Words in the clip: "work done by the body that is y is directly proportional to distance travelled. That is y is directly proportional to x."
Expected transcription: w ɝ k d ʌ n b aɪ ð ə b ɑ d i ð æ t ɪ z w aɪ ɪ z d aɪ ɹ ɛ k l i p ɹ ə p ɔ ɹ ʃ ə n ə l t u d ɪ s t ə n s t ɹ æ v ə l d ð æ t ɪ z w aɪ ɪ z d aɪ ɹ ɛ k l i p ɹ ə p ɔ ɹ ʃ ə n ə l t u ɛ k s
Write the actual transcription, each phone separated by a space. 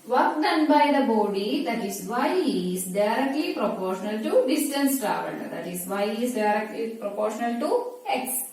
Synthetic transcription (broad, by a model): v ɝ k d ʌ n b aɪ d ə b ɑ d i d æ t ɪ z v aɪ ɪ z d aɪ ɹ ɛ k l i p ɹ ə p ɔ ɹ ʃ ə n ə l t u d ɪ s t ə n s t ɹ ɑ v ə n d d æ t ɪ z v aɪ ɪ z d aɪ ɹ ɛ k l i p ɹ ə p ɔ ɹ ʃ ə n ə l t u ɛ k s